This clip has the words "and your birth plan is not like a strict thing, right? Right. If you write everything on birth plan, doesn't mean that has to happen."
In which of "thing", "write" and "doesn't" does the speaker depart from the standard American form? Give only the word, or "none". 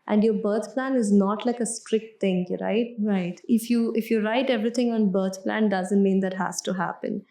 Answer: thing